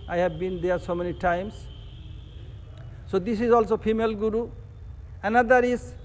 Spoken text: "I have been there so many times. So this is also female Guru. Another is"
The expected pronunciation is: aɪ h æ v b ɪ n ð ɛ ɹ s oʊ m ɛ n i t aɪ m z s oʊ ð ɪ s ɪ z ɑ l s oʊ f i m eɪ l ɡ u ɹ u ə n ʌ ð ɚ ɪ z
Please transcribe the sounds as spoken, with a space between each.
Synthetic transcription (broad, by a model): aɪ h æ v b ɪ n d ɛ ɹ s oʊ m ɛ n i t aɪ m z s oʊ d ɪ s ɪ z ɑ l s oʊ p i m eɪ l ɡ u ɹ u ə n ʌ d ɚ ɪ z